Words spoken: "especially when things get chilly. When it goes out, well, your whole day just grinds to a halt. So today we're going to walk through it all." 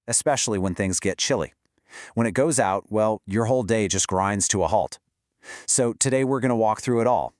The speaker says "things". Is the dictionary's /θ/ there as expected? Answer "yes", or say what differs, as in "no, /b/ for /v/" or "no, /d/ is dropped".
yes